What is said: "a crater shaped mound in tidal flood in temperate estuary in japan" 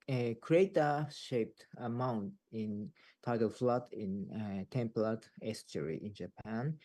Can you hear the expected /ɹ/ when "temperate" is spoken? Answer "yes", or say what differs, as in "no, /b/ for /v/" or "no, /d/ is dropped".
no, /l/ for /ɹ/